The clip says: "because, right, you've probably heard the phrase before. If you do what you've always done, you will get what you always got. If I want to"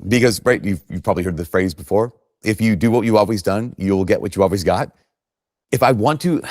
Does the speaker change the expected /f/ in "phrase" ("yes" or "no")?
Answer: no